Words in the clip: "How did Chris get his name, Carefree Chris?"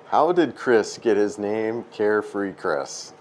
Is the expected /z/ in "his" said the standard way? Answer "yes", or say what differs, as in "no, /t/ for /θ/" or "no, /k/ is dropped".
yes